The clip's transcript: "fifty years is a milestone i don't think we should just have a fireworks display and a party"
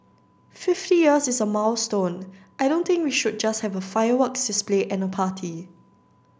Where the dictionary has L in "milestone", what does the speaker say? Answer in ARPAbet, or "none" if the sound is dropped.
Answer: W